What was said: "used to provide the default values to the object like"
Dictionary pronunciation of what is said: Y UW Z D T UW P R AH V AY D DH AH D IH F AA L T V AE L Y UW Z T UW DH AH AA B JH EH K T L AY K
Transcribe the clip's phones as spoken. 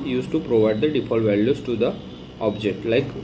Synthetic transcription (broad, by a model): Y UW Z T UW P R AH V AY D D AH D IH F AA L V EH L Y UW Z T UW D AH AA B JH EH K T L AY K